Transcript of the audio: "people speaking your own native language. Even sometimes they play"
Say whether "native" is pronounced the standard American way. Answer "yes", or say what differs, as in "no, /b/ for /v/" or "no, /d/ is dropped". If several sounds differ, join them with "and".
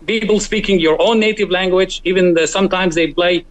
yes